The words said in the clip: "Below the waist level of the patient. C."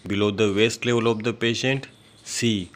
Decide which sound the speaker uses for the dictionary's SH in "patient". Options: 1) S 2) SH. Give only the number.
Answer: 2